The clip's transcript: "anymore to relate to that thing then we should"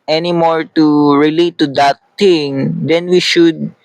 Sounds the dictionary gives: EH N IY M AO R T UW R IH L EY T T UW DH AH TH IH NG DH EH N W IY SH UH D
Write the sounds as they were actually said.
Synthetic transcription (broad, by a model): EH N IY M AO R T UW R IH L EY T T UW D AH T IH NG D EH N W IY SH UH D